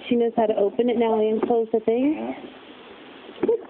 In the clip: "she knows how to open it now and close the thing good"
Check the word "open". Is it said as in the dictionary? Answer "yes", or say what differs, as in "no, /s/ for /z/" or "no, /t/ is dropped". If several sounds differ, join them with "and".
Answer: yes